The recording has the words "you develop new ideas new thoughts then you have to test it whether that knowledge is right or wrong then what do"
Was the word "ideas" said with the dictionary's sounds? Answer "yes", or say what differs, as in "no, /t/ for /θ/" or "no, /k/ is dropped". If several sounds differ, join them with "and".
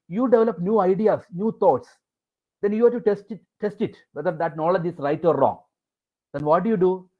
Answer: no, /s/ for /z/